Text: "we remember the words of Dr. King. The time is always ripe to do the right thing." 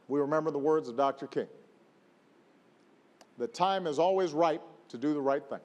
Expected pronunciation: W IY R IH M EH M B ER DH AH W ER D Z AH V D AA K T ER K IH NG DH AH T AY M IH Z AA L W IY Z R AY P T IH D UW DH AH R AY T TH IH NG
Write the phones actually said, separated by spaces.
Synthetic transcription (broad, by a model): W IY R IH M EH M B ER DH AH W ER D Z AH V D AA K T ER K IH NG DH AH T AY M IH Z AA L W IY Z R AY T IH D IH DH AH R AY T TH IH NG